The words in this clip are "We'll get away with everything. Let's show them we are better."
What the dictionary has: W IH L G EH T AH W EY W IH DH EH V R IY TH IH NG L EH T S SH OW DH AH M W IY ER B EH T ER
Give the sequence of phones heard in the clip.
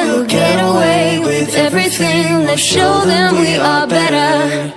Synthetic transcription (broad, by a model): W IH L G EH T AH W EY W IH DH EH V R IY TH IH NG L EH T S SH OW DH AH M W IY ER B EH T ER